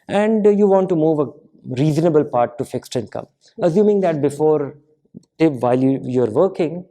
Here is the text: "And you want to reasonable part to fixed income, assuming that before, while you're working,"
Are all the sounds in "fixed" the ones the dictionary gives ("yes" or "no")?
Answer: yes